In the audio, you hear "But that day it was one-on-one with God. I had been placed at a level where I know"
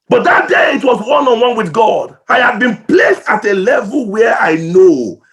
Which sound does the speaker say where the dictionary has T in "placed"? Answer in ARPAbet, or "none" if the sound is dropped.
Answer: T